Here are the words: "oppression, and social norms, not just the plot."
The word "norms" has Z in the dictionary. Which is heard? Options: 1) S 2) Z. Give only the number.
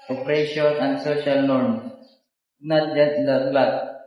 1